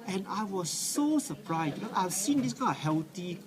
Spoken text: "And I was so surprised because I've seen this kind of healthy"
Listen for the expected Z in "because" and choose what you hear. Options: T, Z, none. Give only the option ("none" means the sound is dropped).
none